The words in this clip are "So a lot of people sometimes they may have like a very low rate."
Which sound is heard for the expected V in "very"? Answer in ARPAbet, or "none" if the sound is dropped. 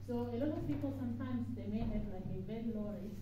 B